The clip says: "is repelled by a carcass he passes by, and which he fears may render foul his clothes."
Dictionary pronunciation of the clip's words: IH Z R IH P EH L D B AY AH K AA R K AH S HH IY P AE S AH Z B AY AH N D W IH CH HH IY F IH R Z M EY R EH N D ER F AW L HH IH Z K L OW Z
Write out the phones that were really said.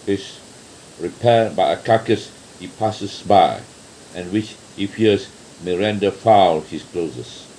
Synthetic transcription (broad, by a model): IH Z R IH P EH D B AY AH K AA K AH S HH IY P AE S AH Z B AY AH N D W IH CH HH IY F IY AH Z M EY R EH N D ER F AW L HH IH S K L OW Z